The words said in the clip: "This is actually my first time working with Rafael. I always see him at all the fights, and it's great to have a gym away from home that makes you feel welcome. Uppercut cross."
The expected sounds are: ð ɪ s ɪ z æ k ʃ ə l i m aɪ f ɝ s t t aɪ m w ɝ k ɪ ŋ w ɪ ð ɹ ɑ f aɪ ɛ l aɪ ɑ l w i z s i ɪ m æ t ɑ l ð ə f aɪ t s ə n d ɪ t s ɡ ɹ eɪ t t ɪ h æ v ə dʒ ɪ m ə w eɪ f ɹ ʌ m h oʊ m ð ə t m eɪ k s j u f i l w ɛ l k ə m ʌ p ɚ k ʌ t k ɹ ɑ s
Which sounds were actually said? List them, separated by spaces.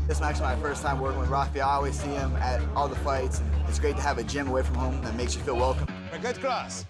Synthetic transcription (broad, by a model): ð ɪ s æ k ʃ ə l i m aɪ f ɝ s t t aɪ m w ɝ k ɪ ŋ w ɪ ð ɹ ɑ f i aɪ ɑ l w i s i ɪ m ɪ t ɑ l ð ə f aɪ t s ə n ɪ t s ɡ ɹ eɪ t t ɪ v ə dʒ ɪ m ə w eɪ f ɹ ʌ m h oʊ m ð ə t m eɪ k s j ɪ f i l w ɛ l k ə m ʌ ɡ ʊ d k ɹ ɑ s